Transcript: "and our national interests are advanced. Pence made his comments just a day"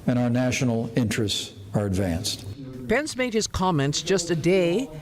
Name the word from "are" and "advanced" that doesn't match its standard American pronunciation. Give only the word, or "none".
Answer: none